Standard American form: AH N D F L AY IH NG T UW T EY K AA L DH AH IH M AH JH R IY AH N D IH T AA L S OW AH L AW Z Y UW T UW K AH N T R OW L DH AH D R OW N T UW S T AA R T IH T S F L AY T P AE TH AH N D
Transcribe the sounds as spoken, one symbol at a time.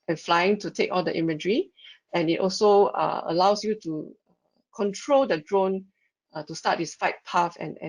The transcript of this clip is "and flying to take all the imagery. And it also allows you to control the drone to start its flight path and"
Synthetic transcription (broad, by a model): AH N F L AY IH NG T UW T EY K AA L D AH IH M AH JH R IY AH N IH T AA L S OW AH L AW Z Y UW T UW K AH N T R OW L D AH D R OW N T UW S T AA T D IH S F AY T P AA F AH N